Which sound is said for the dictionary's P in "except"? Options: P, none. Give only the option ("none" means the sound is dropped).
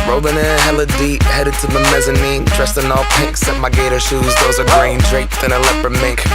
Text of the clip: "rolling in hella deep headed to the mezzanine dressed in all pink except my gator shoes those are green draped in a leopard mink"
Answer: none